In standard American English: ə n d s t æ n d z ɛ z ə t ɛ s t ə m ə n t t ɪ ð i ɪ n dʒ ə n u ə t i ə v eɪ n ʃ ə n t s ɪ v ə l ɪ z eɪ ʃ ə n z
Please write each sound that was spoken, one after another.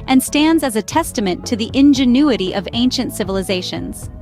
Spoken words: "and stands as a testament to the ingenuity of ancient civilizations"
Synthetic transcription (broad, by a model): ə n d s t æ n d z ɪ z ə t ɛ s t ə m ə n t t ɪ ð i ɪ n dʒ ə n u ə t i ə v eɪ n ʃ ə n t s ɪ v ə l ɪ z eɪ ʃ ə n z